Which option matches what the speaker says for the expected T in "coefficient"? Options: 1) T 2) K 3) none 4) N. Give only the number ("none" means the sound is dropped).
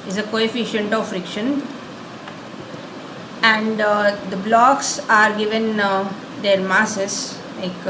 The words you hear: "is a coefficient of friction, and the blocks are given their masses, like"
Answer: 1